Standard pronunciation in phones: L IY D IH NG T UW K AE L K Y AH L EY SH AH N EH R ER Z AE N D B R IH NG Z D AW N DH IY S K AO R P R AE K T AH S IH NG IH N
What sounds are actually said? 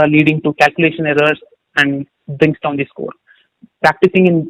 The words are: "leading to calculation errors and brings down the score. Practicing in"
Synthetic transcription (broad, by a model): L IY D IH NG T UW K AE L K Y AH L EY SH AH N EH R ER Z AE N D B R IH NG S D AW N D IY S K AO R P R AE K T AH S IH NG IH N